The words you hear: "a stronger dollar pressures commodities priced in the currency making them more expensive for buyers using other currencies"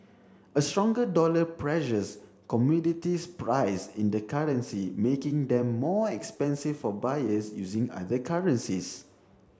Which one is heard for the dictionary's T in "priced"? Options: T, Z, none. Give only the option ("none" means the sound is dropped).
none